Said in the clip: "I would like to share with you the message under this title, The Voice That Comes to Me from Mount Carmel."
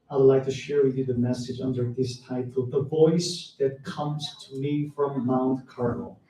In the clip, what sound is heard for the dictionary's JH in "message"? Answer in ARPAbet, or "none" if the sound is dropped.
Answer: JH